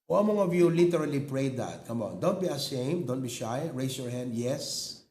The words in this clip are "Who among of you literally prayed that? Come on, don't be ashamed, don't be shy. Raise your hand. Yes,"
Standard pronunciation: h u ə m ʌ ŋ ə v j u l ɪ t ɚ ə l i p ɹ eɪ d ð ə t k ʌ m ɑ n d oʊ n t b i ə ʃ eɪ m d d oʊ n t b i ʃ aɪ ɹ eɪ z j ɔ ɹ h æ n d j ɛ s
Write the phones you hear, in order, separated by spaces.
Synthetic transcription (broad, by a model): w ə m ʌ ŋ ə v j u l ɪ t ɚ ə l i p ɹ eɪ d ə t k ʌ m ɑ n d oʊ n t b i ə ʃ eɪ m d d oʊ n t b i ʃ aɪ ɹ eɪ s j ɔ ɹ h æ n d j ɛ s